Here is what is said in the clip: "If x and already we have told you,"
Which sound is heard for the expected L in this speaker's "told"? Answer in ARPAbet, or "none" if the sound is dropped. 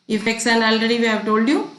L